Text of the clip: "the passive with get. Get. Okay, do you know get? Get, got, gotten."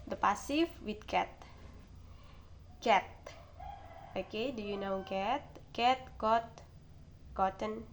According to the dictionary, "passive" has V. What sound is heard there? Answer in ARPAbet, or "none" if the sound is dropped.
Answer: F